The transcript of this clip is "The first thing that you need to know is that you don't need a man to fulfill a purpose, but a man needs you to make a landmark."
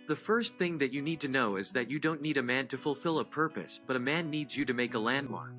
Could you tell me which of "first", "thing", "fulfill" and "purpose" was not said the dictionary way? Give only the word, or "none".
none